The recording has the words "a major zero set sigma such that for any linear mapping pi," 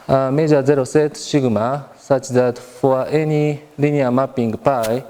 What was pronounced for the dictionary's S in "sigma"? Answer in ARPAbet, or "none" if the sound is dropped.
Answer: SH